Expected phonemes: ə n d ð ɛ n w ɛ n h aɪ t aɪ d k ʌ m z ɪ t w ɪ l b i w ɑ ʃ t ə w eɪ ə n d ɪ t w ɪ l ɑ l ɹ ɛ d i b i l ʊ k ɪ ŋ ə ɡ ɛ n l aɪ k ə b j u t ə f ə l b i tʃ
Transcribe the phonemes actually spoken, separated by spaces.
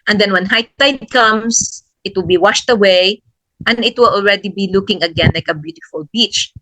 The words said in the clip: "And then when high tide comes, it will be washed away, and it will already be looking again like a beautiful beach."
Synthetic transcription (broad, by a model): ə n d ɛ n w ɛ n h aɪ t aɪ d k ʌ m s ɪ t w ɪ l b i w ɑ ʃ t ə w eɪ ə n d ɪ t w ɪ l ɑ l ɹ ɛ d i b i l ʊ k ɪ ŋ ə ɡ ɛ n l aɪ k ə b j u t ə f ə l b i tʃ